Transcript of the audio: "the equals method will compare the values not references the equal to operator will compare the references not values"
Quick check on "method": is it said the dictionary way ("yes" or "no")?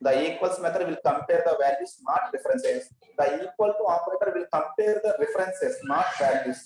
no